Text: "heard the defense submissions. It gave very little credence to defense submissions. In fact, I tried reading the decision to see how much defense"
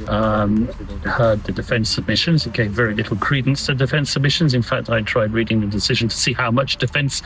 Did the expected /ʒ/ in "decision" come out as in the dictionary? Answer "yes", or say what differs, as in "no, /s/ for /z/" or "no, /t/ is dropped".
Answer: yes